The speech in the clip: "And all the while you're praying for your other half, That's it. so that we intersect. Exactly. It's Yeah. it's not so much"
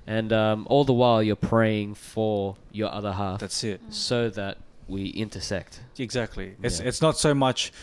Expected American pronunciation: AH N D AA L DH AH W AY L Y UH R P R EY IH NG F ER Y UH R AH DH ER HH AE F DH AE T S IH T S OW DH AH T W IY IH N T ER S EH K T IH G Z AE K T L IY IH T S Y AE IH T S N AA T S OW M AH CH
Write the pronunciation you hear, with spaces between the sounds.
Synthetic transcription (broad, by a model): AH N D AA L DH AH W AY L Y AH R P R EY IH NG F ER Y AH R AH DH ER HH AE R DH AE T S IH T S OW DH AH T W IY IH N T ER S EH K T IH G Z AE K T L IY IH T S IH T S N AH T S OW M AH CH